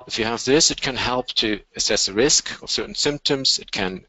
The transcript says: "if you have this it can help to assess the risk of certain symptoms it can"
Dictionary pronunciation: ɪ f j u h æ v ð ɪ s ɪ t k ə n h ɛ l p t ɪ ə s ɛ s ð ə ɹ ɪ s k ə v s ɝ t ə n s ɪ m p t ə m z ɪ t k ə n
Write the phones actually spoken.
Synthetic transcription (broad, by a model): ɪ f j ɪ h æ v ð ɪ s ɪ t k ə n h ɛ l p t ɪ ə s ɛ s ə ɹ ɪ s k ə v s ɝ t n s ɪ m p t ə m z ɪ t k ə n